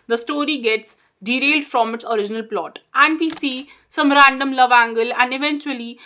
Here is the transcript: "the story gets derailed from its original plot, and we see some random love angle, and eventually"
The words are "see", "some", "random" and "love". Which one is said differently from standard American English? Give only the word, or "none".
none